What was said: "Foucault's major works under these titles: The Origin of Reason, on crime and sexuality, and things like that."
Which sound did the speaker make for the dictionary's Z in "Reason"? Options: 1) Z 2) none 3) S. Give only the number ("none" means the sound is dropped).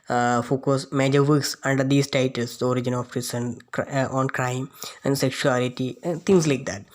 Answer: 3